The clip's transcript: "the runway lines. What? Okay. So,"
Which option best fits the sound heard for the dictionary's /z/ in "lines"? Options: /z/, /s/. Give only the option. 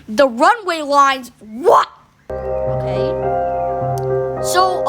/z/